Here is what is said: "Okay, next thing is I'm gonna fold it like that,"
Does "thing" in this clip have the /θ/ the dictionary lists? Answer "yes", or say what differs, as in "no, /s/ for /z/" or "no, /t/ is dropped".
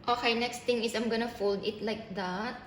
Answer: no, /t/ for /θ/